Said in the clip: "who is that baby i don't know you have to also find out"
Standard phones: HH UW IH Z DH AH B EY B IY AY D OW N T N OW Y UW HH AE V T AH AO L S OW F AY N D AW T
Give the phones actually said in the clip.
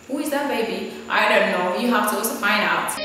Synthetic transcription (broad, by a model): HH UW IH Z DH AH B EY B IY AY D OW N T N OW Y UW HH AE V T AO S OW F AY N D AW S